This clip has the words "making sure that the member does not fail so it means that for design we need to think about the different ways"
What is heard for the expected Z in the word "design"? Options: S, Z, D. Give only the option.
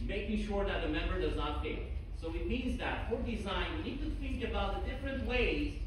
Z